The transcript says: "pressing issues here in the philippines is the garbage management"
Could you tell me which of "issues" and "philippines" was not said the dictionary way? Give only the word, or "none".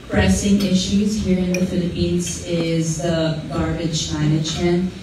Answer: none